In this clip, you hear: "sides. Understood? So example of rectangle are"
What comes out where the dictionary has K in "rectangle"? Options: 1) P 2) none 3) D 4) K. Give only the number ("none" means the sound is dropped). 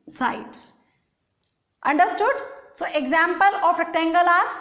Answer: 2